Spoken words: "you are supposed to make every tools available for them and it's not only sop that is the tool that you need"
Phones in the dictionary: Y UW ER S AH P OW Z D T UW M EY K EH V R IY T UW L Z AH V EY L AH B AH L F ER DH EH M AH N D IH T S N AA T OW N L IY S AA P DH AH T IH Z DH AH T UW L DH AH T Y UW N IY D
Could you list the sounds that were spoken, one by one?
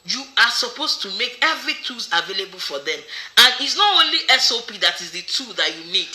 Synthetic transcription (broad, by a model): Y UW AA S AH P OW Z T UW M EY K EH V R IY T UW Z AH V EY L AH B AH L F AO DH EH M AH N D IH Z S N AA T OW N L IY S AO P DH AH T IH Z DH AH T UW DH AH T Y UW N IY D